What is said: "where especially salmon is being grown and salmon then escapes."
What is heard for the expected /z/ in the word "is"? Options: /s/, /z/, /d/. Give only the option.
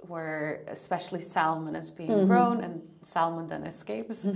/z/